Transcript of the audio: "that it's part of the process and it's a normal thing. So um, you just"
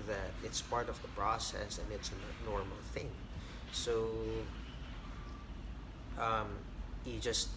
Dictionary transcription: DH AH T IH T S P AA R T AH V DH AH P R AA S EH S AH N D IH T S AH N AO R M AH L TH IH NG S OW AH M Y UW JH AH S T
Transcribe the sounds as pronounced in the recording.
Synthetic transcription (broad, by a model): DH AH T IH T S P AA R T AH V DH AH P R AA S EH S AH N IH T S AH N AO R M L TH IH NG S OW AH M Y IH JH AH S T